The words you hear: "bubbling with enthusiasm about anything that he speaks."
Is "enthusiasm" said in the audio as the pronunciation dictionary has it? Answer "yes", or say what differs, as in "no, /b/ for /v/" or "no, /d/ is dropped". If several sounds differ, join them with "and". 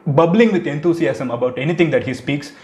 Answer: no, /t/ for /θ/ and /s/ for /z/ and /s/ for /z/